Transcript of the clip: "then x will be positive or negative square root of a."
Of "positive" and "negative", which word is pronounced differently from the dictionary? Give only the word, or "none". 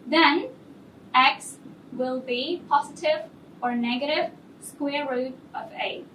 none